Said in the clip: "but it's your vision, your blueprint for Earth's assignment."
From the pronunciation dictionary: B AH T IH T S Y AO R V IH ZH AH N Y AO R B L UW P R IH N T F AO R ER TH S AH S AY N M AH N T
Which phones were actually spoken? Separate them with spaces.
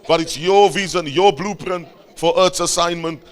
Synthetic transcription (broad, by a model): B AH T IH T S Y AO V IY Z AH N Y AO B L UW P R IH N T F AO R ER T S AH S AY N M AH N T